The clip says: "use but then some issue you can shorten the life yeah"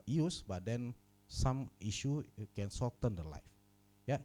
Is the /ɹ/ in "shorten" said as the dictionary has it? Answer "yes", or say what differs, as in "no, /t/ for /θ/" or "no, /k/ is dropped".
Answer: no, /l/ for /ɹ/